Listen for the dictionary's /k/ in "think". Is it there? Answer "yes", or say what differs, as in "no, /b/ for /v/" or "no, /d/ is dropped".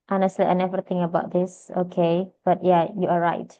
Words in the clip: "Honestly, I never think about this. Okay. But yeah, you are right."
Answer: no, /k/ is dropped